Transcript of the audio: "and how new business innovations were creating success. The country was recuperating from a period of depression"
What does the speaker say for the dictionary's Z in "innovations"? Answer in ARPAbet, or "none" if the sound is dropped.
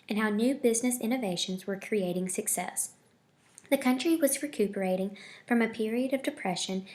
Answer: Z